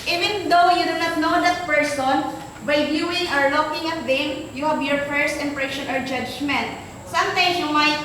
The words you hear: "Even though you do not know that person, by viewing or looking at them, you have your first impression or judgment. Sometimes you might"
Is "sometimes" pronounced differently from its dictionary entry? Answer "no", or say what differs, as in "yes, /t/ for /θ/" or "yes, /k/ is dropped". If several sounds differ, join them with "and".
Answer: yes, /s/ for /z/